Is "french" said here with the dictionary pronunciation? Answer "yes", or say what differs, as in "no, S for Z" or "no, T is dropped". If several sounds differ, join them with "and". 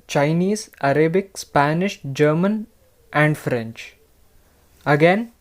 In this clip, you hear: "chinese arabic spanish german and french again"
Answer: yes